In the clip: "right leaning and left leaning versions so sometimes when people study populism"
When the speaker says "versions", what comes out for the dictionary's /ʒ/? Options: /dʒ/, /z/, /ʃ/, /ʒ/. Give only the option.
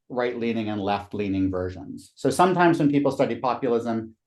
/ʒ/